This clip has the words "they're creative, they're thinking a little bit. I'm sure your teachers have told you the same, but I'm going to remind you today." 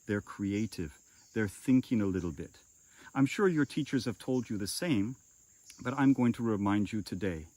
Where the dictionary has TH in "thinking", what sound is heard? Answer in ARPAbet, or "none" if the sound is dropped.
TH